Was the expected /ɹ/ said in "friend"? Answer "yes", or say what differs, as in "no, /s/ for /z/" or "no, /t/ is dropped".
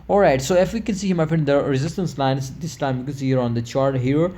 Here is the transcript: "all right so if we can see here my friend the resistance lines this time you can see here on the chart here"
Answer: no, /ɹ/ is dropped